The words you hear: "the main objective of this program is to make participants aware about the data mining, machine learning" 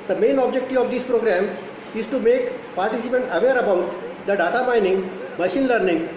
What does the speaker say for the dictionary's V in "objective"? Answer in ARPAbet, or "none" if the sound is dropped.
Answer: none